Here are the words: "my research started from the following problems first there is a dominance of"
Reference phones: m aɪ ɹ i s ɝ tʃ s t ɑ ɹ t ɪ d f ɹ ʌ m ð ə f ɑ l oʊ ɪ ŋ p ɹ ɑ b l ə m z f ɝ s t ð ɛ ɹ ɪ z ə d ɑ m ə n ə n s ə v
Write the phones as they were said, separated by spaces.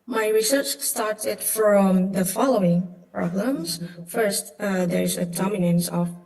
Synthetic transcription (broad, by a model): m aɪ ɹ i s ɝ tʃ s t ɑ ɹ t ɪ d f ɹ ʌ m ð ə f ɑ l oʊ ɪ ŋ p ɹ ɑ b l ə m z f ɝ s t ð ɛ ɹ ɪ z ə d ɑ m ə n ə n s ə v